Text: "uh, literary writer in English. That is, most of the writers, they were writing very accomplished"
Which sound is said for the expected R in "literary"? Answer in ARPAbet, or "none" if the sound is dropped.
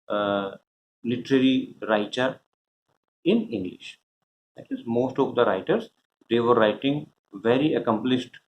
R